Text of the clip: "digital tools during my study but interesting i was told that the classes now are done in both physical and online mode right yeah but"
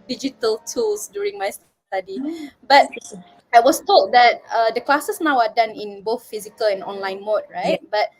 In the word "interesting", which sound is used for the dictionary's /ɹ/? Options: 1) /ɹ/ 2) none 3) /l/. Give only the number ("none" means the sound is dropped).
2